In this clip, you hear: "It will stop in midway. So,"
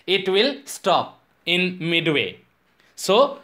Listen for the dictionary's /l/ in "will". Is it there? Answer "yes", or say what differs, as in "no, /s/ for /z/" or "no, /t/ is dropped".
yes